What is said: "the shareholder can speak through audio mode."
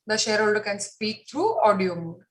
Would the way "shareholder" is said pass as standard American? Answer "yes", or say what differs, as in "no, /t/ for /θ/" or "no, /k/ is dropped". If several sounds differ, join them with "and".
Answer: yes